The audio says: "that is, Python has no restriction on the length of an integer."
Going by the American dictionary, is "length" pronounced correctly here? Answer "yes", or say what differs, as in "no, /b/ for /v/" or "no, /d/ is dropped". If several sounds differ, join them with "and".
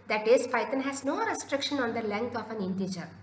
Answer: no, /t/ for /θ/